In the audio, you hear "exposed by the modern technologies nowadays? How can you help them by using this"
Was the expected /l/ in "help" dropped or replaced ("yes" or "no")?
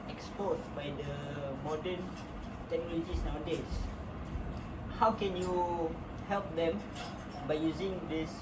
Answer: no